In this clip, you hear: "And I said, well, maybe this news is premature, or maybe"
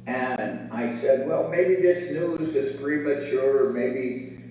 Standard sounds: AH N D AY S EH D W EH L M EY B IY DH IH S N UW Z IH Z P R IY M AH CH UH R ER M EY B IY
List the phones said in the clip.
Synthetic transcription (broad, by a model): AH N AY S EH D W EH L M EY B IY DH IH S N UW Z IH Z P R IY M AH CH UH R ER M EY B IY